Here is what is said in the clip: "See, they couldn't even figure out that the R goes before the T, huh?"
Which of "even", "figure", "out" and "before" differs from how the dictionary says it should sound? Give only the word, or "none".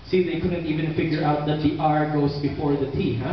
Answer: none